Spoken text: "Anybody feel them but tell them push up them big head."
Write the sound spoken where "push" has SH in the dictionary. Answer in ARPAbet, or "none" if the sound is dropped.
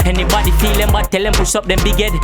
S